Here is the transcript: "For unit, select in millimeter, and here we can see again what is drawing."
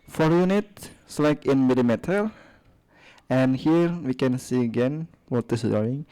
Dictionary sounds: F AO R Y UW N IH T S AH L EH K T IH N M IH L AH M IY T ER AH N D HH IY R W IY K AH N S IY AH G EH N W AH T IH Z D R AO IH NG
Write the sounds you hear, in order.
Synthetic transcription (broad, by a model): F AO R Y UW N IH T S L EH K IH N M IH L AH M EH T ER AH N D HH IY R W IY K AH N S IY AH G EH N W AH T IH S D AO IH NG